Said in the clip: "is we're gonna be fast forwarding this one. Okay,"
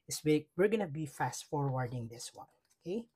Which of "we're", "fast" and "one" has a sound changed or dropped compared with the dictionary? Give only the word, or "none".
none